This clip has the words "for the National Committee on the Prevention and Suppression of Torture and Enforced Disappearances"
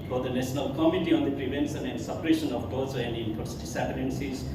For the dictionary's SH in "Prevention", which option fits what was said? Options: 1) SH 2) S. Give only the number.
2